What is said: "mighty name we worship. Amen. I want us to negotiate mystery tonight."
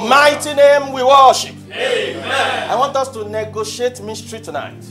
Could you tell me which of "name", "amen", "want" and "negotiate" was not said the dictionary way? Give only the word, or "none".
amen